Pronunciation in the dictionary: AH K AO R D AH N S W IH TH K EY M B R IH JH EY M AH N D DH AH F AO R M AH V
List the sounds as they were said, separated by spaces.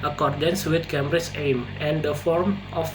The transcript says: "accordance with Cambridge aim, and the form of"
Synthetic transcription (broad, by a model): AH K AO R D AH N S W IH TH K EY M R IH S EY M AH N D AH F AO R M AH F